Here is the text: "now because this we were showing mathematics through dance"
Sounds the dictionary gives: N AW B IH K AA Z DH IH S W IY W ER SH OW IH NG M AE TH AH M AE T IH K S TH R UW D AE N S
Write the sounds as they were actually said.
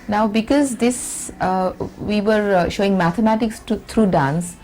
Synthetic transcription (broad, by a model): N AW B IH K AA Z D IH S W IY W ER SH OW IH NG M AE T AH M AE T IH K S T R UW D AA N S